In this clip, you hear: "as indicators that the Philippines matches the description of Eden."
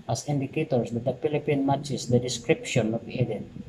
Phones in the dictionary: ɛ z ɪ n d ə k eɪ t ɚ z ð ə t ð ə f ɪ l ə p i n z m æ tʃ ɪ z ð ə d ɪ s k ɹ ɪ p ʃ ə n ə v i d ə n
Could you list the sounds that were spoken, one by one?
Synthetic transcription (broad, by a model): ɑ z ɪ n d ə k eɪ t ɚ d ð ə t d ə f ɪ l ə p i n m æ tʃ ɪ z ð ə d ɪ s k ɹ ɪ p ʃ ə n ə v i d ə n